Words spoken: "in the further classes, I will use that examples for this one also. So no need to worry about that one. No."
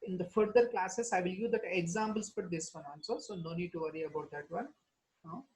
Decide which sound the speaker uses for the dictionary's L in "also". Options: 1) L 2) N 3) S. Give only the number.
2